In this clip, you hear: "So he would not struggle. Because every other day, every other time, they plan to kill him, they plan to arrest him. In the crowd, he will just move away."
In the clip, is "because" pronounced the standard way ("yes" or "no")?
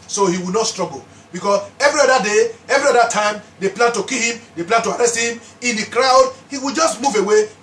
no